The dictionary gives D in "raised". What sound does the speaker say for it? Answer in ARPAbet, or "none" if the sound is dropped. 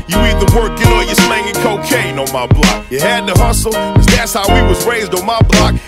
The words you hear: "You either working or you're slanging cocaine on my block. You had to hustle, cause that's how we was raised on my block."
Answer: D